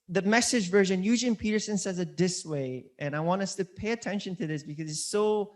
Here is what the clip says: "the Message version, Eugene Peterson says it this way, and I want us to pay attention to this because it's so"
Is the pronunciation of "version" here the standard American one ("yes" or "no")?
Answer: yes